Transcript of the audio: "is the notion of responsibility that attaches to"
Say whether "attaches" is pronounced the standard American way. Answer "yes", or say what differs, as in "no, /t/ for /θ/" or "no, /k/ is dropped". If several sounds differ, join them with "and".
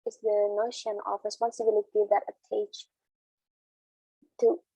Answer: no, /tʃ/ is dropped